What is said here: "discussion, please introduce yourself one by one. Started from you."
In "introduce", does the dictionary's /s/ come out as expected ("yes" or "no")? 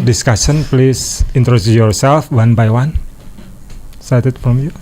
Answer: no